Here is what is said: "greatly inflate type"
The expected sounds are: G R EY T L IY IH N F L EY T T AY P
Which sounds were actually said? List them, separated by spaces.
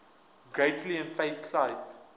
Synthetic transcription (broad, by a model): G R EY T L IY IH N F EY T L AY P